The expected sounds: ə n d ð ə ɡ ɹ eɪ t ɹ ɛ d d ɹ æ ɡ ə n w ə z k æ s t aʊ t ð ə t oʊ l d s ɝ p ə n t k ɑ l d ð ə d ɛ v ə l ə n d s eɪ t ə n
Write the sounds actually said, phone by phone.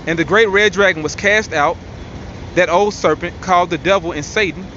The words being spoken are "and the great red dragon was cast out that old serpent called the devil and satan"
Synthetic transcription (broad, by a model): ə n ð ə ɡ ɹ eɪ t ɹ ɛ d d ɹ æ ɡ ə n w ə z k æ s t aʊ t ð ə t oʊ l d s ɝ p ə n k ɑ l d ð ə d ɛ v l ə n s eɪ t n